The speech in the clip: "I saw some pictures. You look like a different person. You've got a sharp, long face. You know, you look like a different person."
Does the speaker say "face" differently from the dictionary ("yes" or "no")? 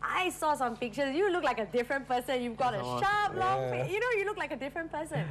yes